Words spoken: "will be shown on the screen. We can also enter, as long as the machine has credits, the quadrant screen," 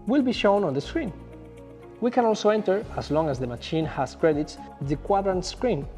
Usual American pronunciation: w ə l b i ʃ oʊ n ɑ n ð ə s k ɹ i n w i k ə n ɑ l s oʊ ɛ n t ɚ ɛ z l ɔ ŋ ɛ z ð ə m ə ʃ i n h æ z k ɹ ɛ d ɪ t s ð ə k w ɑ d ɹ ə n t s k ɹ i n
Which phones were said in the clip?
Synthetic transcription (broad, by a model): w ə l b i ʃ oʊ n ɑ n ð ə s k ɹ i n w i k ə n ɑ l s oʊ ɛ n t ɚ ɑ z l ɔ ŋ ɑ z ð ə m ə ʃ i n h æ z k ɹ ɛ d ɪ t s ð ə k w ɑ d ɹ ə n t s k ɹ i n